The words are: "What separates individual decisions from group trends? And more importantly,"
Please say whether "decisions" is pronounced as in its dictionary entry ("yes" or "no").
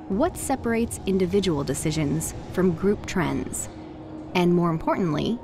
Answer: yes